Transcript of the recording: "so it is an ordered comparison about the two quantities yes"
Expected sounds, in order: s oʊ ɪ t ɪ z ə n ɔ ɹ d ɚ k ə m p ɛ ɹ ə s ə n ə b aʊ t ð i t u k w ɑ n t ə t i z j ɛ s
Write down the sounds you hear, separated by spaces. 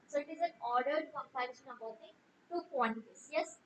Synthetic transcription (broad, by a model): s oʊ ɪ t ɪ z ə n ɔ ɹ d ɚ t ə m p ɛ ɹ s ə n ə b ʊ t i t u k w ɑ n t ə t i s j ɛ s